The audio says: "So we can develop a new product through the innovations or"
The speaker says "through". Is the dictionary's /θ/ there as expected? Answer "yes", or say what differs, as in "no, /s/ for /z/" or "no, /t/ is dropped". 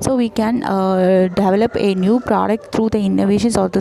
no, /t/ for /θ/